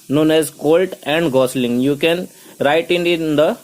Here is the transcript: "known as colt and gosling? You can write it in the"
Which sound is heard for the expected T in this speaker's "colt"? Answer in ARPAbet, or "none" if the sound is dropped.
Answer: T